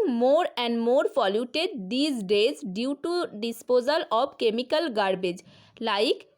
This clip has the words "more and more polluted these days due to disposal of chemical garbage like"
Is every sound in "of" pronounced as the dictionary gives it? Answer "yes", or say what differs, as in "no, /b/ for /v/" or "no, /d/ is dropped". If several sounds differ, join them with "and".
no, /b/ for /v/